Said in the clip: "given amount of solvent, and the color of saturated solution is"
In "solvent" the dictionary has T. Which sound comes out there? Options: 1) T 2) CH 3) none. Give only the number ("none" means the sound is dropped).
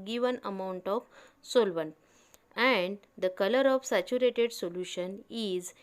3